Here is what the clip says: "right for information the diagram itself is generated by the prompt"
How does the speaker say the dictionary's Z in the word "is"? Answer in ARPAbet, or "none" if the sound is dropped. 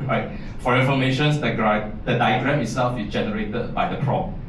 S